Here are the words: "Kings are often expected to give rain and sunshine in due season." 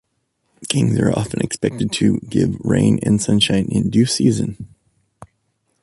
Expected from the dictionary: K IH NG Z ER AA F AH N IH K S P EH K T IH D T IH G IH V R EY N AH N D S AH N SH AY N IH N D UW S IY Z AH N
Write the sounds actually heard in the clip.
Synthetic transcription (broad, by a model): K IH NG Z ER AA F AH N IH K S P EH K T IH D T IH G IH V R EY N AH N S AH N SH AY N IH N D UW S IY Z AH N